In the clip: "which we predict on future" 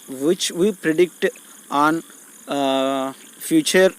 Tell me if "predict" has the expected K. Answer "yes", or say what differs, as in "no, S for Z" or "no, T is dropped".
yes